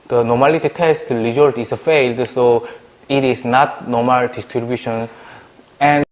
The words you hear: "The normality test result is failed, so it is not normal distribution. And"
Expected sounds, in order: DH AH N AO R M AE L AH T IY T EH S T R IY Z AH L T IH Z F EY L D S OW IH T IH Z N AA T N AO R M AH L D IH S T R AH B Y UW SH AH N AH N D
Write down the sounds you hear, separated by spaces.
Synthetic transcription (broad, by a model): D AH N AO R M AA L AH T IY T EH S T L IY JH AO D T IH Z F EY L D S OW IH T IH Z N AA T N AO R M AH L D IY S T R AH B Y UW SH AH N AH N